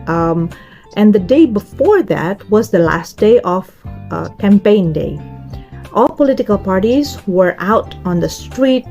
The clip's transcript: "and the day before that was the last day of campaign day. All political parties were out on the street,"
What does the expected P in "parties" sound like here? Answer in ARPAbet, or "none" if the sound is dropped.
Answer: P